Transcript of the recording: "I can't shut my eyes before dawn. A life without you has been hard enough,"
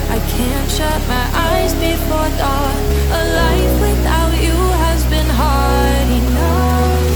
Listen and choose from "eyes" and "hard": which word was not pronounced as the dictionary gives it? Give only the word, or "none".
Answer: none